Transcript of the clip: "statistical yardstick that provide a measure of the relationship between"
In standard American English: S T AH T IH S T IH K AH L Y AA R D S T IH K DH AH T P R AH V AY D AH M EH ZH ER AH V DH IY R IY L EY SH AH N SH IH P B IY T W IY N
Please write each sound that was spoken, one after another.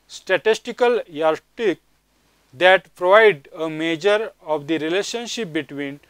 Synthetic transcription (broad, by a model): S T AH T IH S T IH K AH L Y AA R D T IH K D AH T P R AH V AY D AH M EH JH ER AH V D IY R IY L EY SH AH N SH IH P B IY T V IY N